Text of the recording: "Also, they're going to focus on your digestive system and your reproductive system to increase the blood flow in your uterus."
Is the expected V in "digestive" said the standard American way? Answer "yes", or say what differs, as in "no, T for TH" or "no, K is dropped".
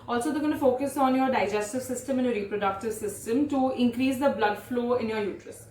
yes